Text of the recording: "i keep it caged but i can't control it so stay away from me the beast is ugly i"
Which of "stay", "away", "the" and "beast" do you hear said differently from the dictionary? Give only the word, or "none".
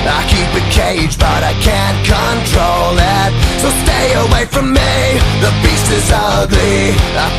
beast